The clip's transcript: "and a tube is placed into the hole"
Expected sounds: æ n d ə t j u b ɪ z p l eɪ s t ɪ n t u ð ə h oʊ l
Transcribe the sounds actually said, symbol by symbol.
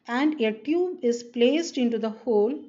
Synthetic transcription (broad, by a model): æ n d ə t j u b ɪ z p l eɪ s t ɪ n t u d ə h oʊ l